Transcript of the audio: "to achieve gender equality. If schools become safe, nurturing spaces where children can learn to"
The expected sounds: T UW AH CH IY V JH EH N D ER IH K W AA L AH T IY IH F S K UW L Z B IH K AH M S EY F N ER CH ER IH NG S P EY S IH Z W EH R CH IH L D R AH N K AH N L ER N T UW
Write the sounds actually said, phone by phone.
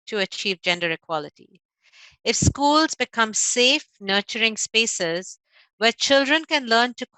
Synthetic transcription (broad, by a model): T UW AH CH IY V JH EH N D ER IH K W AA L AH T IY IH F S K UW L Z B IH K AH M S EY F N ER CH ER IH NG S P EY S IH Z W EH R CH IH L D R AH N K AH N L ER N T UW